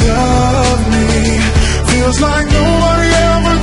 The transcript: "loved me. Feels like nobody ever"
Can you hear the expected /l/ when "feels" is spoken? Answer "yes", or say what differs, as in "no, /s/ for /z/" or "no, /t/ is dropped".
no, /w/ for /l/